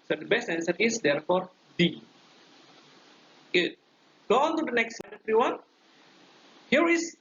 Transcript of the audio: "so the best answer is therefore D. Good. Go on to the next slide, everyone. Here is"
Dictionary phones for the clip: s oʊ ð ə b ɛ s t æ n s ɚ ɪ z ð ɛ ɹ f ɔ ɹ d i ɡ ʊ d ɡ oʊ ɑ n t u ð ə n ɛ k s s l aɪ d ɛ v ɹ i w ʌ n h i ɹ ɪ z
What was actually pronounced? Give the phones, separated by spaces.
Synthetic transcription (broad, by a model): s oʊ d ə b ɛ s t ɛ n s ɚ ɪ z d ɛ ɹ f ɔ ɹ d i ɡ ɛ ɡ oʊ ɑ n t u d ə n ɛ k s s aɪ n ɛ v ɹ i w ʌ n h i ɹ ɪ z